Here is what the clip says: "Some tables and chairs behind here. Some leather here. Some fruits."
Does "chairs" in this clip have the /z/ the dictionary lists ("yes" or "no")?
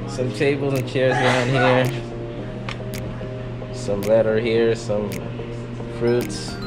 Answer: yes